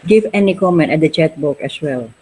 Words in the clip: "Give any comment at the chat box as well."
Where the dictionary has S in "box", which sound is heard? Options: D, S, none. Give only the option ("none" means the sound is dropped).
none